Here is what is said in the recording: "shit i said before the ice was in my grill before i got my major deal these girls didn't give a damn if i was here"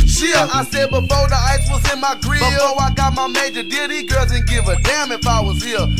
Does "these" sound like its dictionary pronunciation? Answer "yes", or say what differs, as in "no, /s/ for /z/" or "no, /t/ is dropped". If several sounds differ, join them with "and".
no, /z/ is dropped